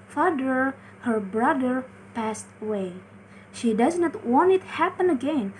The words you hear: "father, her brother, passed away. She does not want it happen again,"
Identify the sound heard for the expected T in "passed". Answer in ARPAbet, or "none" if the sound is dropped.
T